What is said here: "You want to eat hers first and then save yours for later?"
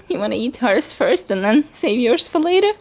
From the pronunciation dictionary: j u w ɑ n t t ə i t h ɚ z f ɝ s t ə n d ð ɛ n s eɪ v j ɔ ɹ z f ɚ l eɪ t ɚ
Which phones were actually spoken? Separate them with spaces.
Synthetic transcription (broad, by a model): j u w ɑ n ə i t h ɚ s f ɝ s t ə n ð ɛ n s eɪ v j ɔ ɹ s f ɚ l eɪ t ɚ